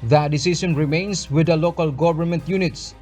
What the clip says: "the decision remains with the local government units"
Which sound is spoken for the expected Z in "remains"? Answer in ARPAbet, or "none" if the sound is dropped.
S